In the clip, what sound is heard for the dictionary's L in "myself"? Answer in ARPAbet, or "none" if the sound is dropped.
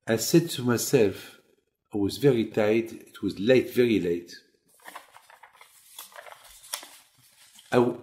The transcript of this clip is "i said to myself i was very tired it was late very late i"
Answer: L